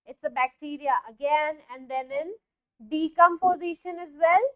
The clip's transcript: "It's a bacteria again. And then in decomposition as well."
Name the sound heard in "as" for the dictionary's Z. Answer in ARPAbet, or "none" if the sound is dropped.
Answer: Z